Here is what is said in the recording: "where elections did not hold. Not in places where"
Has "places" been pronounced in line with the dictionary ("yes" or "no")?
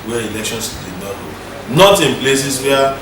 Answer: no